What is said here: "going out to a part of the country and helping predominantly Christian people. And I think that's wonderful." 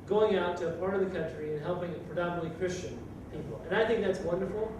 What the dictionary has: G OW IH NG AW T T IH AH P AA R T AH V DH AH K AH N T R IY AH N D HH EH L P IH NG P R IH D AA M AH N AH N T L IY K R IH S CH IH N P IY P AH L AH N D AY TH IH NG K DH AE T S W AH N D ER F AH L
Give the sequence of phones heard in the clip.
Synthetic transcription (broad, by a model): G OW IH NG AW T T IH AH P AA R T AH V DH AH K AH N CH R IY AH N HH EH L P IH NG P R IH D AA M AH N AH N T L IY K R IH S CH IH N P IY P L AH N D AY TH IH NG K DH AE T S W AH N D ER F L